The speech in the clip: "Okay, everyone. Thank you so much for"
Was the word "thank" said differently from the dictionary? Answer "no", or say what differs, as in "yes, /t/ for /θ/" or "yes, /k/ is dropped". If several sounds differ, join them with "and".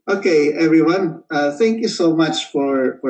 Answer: no